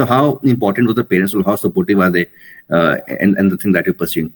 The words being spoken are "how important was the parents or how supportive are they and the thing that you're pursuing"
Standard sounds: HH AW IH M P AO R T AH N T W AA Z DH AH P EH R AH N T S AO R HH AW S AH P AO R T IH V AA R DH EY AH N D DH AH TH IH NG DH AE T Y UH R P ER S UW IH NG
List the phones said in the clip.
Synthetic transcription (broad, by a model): HH AW IH M P AO R T AH N T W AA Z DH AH P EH R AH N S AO L HH AW S AH P AO R T IH V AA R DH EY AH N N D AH T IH NG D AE T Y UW P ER S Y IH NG